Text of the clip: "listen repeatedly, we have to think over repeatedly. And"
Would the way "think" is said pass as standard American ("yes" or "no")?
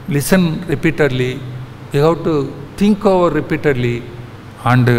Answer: no